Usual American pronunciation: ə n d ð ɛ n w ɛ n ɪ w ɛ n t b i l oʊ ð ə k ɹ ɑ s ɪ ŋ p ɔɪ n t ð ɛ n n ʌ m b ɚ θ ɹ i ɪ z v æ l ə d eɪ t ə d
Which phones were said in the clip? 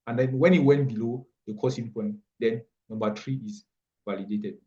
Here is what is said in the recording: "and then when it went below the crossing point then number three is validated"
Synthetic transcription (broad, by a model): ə n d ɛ n w ɛ n ɪ w ɛ n t b i l oʊ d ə k ɑ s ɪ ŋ p ɔɪ n t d ɛ n n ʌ m b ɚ t ɹ i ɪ s v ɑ l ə d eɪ t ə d